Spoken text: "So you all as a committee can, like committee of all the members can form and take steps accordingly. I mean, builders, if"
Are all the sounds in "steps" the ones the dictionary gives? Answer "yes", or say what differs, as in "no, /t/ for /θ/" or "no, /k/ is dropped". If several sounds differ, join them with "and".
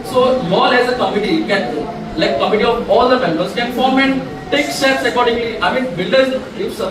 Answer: no, /p/ is dropped